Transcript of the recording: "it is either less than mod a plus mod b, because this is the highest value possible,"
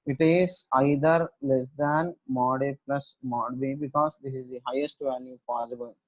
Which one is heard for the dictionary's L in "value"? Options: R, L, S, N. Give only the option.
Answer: N